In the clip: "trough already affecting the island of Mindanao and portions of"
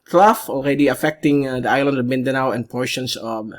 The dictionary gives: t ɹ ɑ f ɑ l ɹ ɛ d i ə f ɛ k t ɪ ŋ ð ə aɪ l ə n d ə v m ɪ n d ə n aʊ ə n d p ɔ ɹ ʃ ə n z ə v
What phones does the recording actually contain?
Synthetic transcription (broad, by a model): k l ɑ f ɑ l ɹ ɛ d i ə f ɛ k t ɪ ŋ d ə aɪ l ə n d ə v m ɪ n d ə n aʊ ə n p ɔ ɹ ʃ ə n s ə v